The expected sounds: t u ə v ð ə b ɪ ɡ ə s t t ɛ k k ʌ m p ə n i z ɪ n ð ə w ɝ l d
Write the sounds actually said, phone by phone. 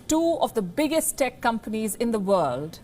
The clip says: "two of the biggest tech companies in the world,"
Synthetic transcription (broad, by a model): t u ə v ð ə b ɪ ɡ ə s t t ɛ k k ʌ m p ə n i z ɪ n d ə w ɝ l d